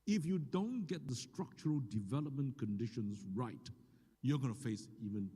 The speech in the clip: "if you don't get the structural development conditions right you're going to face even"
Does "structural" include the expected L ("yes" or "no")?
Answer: yes